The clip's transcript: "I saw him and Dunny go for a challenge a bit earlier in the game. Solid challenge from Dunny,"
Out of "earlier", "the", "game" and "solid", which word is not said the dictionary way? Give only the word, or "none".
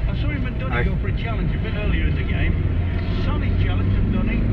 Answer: solid